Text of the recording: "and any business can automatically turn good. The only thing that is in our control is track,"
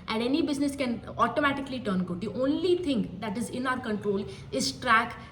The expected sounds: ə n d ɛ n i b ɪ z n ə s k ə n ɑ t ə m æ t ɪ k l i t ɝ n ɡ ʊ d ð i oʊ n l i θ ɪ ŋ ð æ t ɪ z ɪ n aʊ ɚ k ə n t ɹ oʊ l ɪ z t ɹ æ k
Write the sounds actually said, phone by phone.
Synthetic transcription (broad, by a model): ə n d ɛ n i b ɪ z n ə s k ə n ɑ t ə m æ t ɪ k l i t ɝ n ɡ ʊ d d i oʊ n l i t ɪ ŋ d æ t ɪ z ɪ n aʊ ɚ k ə n t ɹ oʊ l ɪ z t ɹ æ k